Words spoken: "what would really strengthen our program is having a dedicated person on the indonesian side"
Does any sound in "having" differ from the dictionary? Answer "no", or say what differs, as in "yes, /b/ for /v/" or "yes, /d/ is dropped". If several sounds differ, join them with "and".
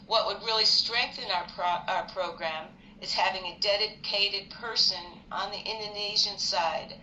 no